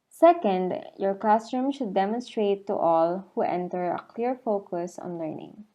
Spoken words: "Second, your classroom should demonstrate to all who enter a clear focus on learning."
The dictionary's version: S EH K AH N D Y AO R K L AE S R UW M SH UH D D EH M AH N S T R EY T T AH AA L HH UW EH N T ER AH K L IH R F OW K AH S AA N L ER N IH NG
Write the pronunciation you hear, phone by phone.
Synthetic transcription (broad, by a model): S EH K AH N D Y AO R K AA S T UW M SH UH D D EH M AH N S T R EY T T AA L HH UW EH N T ER AH K L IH R F OW K AH S AA N L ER N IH NG